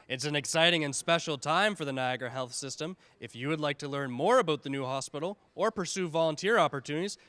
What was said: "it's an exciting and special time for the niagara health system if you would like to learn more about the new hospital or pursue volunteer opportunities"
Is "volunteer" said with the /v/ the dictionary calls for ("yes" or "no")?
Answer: yes